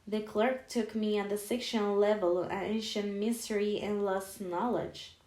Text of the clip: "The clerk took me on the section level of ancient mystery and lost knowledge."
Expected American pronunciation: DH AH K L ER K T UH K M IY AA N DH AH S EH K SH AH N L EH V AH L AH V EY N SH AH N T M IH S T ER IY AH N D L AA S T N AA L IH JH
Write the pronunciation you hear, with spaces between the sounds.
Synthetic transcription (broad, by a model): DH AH K L ER K T UH K M IY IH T DH AH S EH K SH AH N L EH V AH L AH EY N SH AH N T M IH S T ER IY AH N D L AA S N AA L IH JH